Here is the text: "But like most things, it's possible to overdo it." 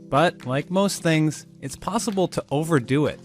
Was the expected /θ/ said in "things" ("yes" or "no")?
yes